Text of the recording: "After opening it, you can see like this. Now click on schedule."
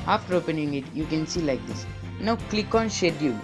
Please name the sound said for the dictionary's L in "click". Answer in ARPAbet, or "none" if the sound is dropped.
L